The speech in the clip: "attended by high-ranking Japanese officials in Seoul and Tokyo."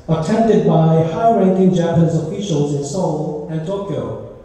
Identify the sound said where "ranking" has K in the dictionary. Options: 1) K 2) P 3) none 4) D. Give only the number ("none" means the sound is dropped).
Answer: 1